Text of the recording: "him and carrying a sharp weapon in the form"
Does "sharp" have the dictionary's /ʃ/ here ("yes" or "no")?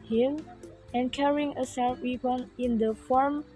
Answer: no